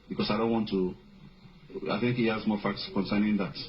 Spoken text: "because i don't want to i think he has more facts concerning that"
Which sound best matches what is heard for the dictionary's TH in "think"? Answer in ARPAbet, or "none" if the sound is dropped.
TH